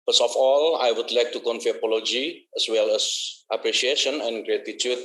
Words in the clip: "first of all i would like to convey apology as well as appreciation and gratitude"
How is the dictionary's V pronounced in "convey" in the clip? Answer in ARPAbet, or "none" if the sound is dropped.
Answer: F